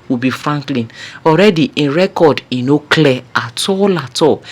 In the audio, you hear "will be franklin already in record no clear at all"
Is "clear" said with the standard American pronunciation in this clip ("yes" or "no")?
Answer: no